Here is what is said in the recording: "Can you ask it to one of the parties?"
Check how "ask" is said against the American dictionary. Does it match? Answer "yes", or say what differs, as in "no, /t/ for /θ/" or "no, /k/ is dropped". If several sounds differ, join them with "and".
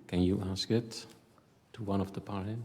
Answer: yes